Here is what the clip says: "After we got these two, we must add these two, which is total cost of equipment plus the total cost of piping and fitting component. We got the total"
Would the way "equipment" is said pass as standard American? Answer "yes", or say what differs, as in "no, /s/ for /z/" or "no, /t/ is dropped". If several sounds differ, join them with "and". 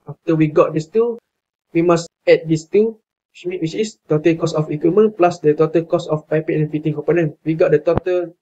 no, /p/ is dropped